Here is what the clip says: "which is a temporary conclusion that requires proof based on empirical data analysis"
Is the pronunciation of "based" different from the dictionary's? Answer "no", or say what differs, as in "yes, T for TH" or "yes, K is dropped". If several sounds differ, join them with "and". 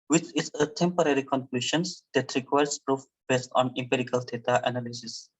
no